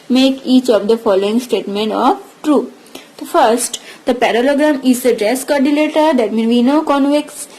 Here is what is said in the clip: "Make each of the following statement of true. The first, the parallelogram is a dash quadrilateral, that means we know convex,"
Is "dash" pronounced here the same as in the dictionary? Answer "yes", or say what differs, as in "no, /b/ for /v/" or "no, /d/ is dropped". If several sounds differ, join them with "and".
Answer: no, /s/ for /ʃ/